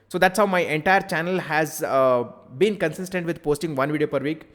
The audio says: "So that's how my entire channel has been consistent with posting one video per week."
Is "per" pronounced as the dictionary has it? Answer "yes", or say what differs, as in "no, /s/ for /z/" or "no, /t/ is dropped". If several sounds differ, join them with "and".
yes